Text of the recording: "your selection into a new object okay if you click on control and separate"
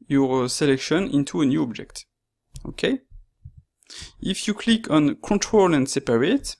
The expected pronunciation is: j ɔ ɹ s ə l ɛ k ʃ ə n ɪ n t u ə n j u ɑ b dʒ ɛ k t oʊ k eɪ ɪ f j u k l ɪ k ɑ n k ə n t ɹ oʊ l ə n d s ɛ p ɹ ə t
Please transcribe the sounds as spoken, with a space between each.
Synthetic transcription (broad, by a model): j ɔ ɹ s ə l ɛ k ʃ ə n ɪ n t u ə n j u ɑ b dʒ ɛ k t oʊ k eɪ ɪ f j u k l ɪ k ɑ n k ə n t ɹ oʊ l ə n d s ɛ p ɹ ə t